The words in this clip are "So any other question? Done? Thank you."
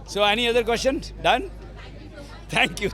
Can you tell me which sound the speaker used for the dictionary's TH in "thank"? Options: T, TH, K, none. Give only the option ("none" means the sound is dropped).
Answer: T